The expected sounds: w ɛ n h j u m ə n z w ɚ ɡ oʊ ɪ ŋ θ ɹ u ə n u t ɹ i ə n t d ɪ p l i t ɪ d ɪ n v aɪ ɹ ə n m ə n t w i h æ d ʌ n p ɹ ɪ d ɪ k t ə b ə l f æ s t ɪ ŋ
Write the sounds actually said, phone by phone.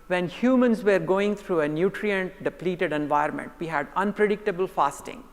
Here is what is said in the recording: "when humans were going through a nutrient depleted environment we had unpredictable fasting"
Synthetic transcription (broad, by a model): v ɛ n h j u m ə n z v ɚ ɡ oʊ ɪ ŋ t ɹ u ə n u t ɹ i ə n t d ɪ p l i t ɪ d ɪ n v aɪ ə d m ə n t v i h æ d ʌ n p ɹ ɪ d ɪ k t ə b ə l f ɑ s t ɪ ŋ